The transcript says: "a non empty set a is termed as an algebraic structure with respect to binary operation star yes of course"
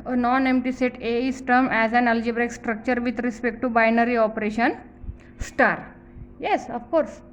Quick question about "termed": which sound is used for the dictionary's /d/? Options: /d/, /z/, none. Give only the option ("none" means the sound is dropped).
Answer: none